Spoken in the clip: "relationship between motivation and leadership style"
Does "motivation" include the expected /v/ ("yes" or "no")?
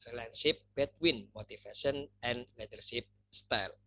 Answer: no